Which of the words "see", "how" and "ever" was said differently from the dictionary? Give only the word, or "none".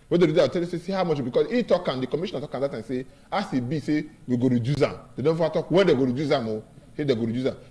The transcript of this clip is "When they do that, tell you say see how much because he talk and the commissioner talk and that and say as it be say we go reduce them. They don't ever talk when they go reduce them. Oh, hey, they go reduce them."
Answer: ever